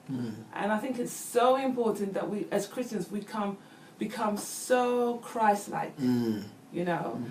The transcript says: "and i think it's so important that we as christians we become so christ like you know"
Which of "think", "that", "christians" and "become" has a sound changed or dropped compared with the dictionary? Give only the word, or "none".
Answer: none